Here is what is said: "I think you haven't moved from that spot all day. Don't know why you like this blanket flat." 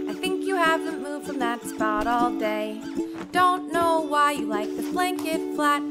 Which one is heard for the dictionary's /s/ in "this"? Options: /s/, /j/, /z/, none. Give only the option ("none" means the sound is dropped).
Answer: none